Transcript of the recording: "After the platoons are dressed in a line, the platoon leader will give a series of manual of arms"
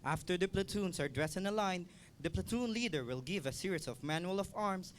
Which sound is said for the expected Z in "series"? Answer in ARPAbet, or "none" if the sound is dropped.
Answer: S